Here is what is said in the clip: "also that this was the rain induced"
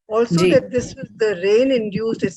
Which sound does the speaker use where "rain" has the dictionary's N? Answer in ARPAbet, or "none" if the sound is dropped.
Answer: N